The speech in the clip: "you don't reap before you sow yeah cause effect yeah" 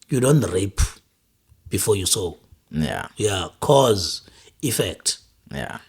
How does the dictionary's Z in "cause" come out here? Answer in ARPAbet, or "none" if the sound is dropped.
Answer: Z